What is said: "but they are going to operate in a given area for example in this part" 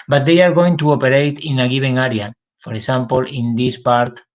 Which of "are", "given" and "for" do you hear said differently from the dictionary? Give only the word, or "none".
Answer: given